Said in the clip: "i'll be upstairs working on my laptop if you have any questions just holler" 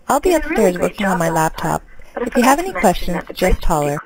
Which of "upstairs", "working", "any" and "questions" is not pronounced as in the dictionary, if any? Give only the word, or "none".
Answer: none